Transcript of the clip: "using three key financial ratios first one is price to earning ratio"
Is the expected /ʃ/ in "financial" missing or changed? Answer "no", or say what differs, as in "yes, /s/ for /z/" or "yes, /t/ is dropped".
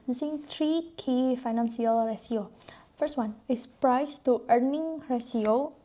yes, /s/ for /ʃ/